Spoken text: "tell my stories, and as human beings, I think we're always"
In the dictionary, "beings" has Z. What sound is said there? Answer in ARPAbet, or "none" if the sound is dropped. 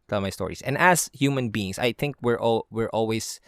S